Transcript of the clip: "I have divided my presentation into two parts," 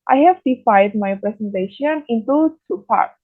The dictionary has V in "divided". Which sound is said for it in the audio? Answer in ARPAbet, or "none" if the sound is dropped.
F